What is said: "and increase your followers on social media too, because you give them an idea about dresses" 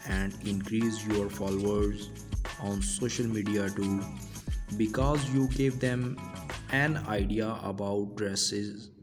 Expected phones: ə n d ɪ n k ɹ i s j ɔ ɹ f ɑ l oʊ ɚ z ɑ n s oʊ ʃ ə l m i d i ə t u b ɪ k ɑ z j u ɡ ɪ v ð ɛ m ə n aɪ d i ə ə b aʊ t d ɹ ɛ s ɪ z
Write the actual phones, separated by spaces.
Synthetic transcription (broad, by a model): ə n d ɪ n k ɹ i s j ɔ ɹ f ɑ l oʊ ɚ z ɑ n s oʊ ʃ ə l m i d i ə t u b ɪ k ɑ z j u ɡ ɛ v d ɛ m ə n aɪ d i ə ə b aʊ t d ɹ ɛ s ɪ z